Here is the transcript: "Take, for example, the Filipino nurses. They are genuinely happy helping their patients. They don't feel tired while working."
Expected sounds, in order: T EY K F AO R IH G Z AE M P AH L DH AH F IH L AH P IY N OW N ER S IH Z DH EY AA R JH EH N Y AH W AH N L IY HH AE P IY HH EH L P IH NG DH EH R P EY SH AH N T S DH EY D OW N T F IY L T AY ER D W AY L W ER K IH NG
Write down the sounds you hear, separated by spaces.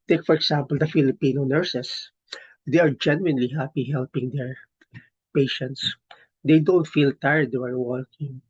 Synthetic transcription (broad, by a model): T EY K F AO R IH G S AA M P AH L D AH F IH L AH P IY N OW N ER S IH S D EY AA R JH EH N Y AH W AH N L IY HH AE P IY HH EH L P IH NG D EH R P EY SH AH N T S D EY D OW N T F IY L T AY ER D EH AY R W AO K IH NG